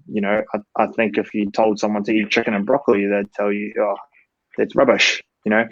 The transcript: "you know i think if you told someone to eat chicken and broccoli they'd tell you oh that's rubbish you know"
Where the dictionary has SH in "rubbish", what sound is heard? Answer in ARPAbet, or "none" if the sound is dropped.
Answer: SH